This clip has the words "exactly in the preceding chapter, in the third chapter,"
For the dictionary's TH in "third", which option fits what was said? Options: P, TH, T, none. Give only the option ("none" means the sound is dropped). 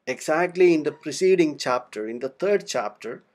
T